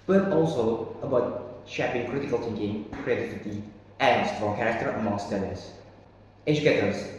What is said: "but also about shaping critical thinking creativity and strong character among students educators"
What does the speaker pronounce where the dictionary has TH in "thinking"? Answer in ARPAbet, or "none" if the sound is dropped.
T